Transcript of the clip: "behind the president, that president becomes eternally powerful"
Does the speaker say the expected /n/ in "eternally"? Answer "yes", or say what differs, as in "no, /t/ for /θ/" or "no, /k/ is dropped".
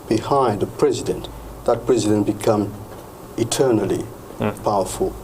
yes